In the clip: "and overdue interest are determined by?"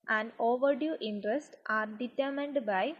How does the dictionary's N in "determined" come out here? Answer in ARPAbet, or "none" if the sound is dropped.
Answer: N